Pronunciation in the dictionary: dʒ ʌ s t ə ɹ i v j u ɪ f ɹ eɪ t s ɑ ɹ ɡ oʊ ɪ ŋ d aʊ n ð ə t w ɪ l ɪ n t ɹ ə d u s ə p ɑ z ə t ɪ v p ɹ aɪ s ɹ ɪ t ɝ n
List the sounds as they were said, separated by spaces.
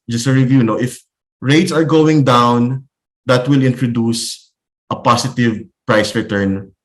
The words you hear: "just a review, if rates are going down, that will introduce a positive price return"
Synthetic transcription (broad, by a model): dʒ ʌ s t ə ɹ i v j u ɪ f ɹ eɪ t s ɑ ɹ ɡ oʊ ɪ ŋ d aʊ n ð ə t w ɪ l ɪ n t ɹ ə d u s ə p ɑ s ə t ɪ v p ɹ aɪ s ɹ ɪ t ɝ n